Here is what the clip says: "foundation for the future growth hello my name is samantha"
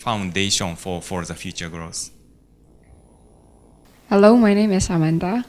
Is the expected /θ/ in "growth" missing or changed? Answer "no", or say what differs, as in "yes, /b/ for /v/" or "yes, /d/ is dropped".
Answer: yes, /s/ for /θ/